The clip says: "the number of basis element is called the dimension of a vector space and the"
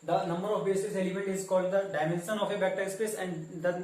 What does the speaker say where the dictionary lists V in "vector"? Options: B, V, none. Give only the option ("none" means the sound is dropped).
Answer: B